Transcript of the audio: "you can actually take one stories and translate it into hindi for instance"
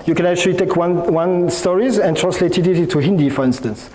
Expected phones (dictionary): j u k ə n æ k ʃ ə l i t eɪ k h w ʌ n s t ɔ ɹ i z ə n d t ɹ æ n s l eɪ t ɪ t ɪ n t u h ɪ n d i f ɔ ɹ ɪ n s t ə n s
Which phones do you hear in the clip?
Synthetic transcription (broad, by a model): j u k ə n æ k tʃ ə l i t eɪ k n w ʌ n s t ɔ ɹ i z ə n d t ɹ æ n s l eɪ t ɪ t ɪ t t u h ɪ n d i f ɔ ɹ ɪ n s t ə n s